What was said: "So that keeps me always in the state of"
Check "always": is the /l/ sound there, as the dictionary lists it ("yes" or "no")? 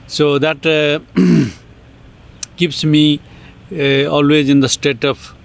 yes